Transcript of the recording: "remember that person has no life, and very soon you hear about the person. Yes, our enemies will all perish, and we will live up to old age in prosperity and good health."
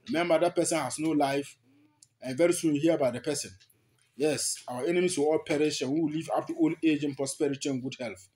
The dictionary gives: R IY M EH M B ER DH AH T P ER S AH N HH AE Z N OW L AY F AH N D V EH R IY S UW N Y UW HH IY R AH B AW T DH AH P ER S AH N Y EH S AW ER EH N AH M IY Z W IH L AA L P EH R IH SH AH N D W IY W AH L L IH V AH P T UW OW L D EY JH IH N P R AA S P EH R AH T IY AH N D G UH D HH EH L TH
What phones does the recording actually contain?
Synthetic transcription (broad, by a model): R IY M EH M B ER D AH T P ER S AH N HH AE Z N OW L AY F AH N V EH R IY S UW N Y UW HH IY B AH IH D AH P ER S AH N Y EH S AW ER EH N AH M IY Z W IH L AA L P EH R IH SH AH N W IY W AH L L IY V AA F T UW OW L EY JH IH N P R AA S P EH R AH T IY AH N G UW D HH EH L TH